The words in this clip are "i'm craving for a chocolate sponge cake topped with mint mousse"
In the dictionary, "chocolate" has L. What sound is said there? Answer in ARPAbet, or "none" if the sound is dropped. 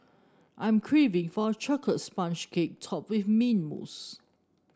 none